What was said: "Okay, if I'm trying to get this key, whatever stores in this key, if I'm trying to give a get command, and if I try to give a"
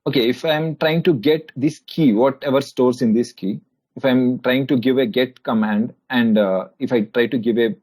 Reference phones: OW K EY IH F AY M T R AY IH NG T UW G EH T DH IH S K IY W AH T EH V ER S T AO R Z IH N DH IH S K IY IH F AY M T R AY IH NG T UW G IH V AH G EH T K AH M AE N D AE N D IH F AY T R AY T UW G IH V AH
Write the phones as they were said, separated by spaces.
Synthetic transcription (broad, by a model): OW K EY IH F AY M T R AY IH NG T UW G EH T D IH S K IY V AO T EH V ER S T AO R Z IH N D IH S K IY IH F AY M T R AY IH NG T UW G IH V AH G EH T K AH M AE N D AE N D IH F AY T R AY T UW G IH V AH